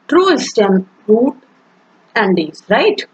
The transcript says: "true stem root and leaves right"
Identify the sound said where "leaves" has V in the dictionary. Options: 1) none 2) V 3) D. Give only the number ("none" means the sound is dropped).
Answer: 1